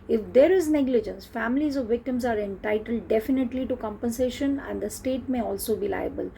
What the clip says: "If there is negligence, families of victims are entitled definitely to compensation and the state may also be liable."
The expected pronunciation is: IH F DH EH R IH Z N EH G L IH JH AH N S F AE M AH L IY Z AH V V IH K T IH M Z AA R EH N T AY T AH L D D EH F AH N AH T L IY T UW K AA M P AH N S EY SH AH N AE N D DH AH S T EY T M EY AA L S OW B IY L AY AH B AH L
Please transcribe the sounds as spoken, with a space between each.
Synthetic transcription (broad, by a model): IH F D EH R IH Z N EH G L IH JH AH N S F AE M AH L IY Z AH V V IH K T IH M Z AA R EH N T AY T AH L D D EH F AH N AH T L IY T UW K AA M P AH N S EY SH AH N AE N D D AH S T EY T M EY AA L S OW B IY L AY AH B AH L